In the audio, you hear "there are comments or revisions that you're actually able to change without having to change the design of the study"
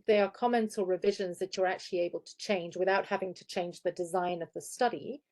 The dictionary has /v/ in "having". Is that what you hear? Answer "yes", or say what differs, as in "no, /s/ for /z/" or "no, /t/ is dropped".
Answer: yes